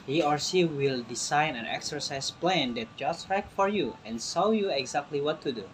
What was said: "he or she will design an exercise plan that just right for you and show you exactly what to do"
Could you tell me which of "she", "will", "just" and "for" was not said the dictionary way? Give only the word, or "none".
she